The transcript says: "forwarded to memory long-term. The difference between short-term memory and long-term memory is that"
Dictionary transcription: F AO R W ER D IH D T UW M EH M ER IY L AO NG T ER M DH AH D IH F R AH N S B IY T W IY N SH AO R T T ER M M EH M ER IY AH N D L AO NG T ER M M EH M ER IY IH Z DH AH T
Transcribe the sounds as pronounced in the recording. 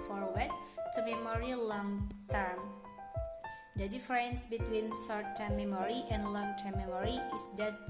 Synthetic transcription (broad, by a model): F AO R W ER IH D T UW M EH M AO IY L AO NG T ER M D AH D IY F R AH N S B IY T W IY N S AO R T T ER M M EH M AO IY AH N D L AO NG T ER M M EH M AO IY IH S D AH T